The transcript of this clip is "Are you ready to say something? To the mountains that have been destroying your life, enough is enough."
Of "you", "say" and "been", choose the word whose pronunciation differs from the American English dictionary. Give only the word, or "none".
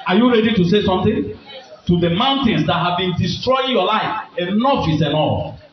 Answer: none